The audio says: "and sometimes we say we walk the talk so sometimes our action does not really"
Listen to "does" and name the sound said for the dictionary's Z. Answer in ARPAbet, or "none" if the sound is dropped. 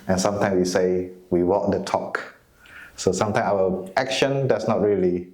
S